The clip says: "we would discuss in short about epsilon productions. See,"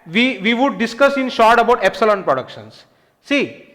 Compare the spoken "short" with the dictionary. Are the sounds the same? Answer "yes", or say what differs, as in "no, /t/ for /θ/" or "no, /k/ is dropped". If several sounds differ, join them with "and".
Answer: yes